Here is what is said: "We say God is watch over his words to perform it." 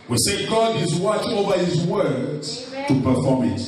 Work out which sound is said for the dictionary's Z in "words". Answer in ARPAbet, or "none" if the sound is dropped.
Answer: none